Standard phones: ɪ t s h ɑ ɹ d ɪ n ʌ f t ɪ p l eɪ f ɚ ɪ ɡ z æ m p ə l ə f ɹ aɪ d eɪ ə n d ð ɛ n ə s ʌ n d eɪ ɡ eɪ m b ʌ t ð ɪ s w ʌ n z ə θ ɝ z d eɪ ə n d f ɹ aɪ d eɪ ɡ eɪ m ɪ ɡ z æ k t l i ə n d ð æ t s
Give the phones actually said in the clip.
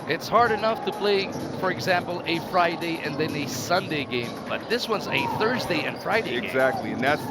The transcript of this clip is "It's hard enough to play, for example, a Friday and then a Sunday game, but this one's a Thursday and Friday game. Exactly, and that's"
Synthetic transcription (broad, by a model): ɪ t s h ɑ ɹ d ɪ n ʌ f t ɪ p l eɪ f ɚ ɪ ɡ z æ m p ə l ə f ɹ aɪ d eɪ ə n ð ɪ n ə s ʌ n d eɪ ɡ eɪ m b ʌ t ð ɪ s w ʌ n z ə θ ɝ z d eɪ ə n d f ɹ aɪ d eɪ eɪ ɪ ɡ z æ k t l i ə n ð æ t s